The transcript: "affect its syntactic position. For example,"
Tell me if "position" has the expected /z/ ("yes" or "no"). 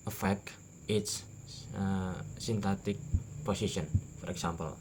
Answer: no